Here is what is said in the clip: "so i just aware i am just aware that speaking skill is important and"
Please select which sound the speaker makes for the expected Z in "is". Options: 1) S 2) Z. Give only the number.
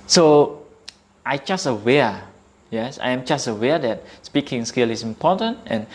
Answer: 1